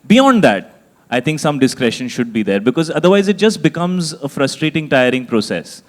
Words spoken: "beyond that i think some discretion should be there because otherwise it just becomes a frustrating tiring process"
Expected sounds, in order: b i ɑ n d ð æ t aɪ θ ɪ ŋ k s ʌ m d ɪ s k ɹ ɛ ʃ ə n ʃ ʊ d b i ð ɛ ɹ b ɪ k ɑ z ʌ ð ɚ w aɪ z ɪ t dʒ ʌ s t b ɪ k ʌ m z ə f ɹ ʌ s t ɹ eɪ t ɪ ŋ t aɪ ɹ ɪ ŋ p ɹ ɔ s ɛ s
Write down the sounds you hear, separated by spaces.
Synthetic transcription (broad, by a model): b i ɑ n d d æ t aɪ t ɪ ŋ k s ʌ m d ɪ s k ɹ ɛ ʃ ə n ʃ ʊ d b i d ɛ ɹ b ɪ k ɑ z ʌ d ɚ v aɪ z ɪ t dʒ ʌ s t b ɪ k ʌ m z ə f ɹ ʌ s t ɹ eɪ t ɪ ŋ t aɪ ɹ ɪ ŋ p ɹ ɔ s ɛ s